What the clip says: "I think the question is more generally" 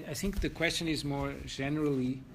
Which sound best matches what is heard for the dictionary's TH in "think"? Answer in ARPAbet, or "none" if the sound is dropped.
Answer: TH